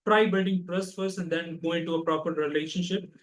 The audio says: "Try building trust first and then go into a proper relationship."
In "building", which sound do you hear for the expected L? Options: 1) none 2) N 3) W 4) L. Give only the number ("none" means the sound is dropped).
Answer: 1